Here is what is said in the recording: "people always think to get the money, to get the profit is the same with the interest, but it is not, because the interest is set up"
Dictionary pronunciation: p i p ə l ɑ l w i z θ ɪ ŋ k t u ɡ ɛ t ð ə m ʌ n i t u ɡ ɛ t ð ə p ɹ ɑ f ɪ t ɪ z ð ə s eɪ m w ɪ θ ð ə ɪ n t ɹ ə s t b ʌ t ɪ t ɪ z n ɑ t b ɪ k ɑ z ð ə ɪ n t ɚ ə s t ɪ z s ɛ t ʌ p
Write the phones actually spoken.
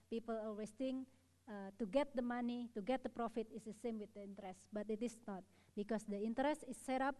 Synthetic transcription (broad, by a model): p i p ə l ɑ w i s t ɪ ŋ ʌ t u ɡ ɛ t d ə m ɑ n i t u ɡ ɛ t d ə p ɹ ɑ f ɪ t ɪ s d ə s eɪ m w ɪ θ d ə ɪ n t ɹ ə s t b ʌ t ɪ t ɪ s n ɑ t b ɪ k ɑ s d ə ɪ n t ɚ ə s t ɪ s ɛ t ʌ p